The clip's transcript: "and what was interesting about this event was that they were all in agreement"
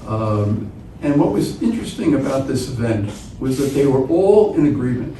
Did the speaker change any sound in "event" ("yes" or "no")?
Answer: no